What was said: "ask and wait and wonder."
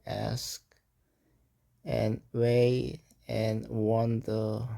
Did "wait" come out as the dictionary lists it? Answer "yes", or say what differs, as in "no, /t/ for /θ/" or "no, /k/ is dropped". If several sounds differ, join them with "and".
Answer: no, /t/ is dropped